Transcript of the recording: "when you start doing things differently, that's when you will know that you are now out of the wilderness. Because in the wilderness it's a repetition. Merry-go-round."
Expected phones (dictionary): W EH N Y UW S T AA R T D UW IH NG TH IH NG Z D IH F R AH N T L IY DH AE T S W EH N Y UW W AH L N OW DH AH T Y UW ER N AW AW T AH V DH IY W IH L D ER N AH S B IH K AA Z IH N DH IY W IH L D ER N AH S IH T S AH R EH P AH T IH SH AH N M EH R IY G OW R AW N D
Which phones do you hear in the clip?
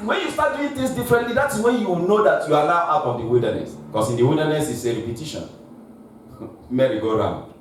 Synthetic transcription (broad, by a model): W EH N Y UW S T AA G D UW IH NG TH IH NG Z D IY F R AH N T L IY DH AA T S W EH N Y UW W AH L N OW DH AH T Y UW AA L AW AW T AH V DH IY W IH L D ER N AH S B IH K AA S IH N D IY W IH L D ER N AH S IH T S AH R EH P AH T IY SH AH N M EH R IY G OW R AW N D